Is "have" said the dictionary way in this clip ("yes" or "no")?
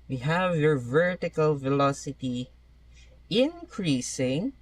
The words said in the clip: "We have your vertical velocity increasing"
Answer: yes